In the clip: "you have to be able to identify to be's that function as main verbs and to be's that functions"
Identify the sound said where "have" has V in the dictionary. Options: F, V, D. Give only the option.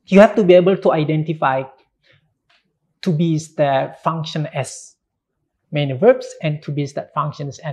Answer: F